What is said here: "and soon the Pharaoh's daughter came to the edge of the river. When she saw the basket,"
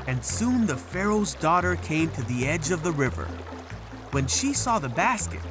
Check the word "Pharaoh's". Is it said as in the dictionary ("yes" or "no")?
yes